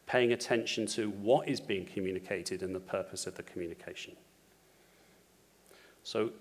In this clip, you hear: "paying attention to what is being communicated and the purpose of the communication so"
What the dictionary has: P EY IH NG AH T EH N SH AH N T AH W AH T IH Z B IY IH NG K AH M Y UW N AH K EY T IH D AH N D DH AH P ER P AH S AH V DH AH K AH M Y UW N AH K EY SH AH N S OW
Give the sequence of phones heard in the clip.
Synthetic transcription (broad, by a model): P EY IH NG AH T EH N SH AH N T AH W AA T IH Z B IY IH NG K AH M Y UW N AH K EY T IH D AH N DH AH P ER P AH S AH V DH AH K AH M Y UW N AH K EY SH AH N S OW